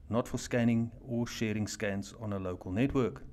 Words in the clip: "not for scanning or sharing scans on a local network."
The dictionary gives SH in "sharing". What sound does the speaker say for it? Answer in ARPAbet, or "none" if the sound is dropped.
SH